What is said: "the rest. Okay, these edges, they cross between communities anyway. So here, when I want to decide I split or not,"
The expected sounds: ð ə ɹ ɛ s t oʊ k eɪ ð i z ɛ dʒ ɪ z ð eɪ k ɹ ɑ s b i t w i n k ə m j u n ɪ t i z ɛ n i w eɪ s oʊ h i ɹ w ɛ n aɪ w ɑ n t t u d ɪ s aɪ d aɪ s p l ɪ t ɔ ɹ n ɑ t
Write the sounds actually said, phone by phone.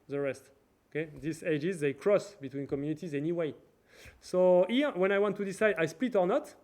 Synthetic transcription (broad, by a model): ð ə ɹ ɛ s t oʊ k eɪ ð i s ɛ dʒ ɪ z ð eɪ k ɹ ɑ s b i t w i n k ə m j u n ɪ t i z ɛ n i w eɪ s oʊ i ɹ w ɛ n aɪ w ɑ n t t u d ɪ s aɪ d aɪ s p l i t ɔ ɹ n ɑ t